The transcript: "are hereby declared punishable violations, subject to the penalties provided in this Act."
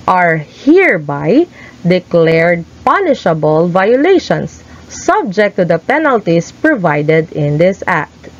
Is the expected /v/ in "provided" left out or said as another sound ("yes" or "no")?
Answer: no